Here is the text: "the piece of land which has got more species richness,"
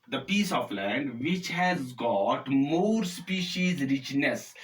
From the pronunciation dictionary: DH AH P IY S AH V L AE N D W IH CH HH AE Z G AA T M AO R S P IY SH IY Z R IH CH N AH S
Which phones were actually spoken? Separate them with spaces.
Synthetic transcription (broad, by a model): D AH P IY S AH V L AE N D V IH CH HH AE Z G AA T M AO R S P IY SH IY Z R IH CH N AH S